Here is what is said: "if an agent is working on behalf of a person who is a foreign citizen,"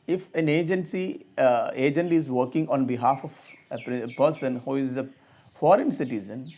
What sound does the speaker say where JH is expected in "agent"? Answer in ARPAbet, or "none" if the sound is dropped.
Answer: JH